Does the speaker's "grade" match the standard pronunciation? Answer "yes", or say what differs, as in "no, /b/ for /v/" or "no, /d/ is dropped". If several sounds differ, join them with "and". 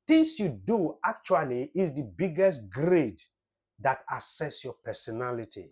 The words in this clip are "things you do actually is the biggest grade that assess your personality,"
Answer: yes